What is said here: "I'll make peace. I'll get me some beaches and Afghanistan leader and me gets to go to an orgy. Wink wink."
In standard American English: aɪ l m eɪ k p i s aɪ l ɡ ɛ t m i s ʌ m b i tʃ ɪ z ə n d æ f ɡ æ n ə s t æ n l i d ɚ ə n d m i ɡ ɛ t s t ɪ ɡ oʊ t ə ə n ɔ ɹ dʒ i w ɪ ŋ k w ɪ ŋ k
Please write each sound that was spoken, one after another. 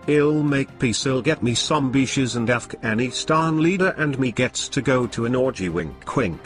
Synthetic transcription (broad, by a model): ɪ l m eɪ k p i s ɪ l ɡ ɛ t m i s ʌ m b i ʃ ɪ z ə n d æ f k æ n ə s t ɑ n l i d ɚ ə n m i ɡ ɛ t s t ɪ ɡ oʊ t ə ə n ɔ ɹ dʒ i w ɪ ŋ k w ɪ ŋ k